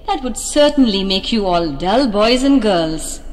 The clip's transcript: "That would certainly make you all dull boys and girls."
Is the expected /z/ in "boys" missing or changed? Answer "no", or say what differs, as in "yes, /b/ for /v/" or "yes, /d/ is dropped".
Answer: no